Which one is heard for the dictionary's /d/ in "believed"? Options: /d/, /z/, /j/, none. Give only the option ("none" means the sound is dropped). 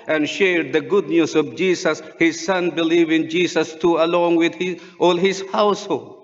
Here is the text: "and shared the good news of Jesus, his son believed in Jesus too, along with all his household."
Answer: none